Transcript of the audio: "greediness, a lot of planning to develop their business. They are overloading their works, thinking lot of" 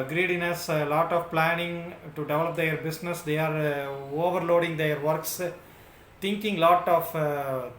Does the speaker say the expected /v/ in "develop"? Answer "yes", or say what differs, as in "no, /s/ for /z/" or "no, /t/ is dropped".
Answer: yes